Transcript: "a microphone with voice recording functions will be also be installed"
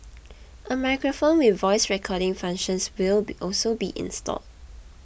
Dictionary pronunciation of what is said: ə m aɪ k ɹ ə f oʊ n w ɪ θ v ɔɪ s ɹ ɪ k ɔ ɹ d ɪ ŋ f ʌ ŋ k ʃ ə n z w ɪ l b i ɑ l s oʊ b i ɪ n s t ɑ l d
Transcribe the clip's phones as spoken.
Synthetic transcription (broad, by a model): ə m aɪ k ɹ ə f oʊ n w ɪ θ v ɔɪ s ɹ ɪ k ɔ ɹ d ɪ ŋ f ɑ ŋ k ʃ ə n s w ɪ l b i ɑ l s oʊ b i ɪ n s t ɑ l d